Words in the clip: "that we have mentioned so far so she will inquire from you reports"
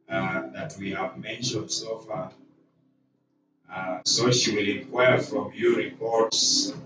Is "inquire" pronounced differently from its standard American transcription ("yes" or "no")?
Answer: yes